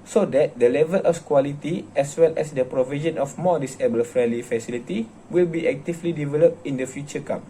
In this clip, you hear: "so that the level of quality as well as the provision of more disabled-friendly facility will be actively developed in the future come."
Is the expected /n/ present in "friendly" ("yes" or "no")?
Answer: no